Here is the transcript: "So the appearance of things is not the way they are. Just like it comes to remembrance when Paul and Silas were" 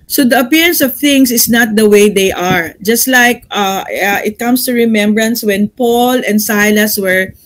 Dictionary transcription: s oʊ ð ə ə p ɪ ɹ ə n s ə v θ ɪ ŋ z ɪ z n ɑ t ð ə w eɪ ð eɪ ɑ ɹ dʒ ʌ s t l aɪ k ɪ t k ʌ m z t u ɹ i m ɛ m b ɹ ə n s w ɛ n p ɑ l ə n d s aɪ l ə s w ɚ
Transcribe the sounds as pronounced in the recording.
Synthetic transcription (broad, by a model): s oʊ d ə ə p ɪ ɹ ə n s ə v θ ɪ ŋ s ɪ s n ɑ t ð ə w eɪ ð eɪ ɑ ɹ dʒ ʌ s t l aɪ k ɪ t k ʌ m s t u ɹ i m ɛ m b ɹ ə n s w ɛ n p ɑ l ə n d s aɪ l ə s w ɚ